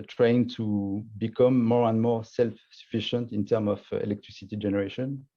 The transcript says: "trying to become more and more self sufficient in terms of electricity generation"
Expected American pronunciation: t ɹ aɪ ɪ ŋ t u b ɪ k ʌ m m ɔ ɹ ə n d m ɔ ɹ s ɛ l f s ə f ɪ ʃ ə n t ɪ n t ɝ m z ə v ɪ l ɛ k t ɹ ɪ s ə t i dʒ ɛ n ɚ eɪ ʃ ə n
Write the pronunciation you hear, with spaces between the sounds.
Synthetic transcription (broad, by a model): t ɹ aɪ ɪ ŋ t u b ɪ k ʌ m m ɔ ɹ ə n d m ɔ ɹ s ɛ l f s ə f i ʃ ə n t ɪ n t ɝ m ə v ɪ l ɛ k t ɹ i s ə t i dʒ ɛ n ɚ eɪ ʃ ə n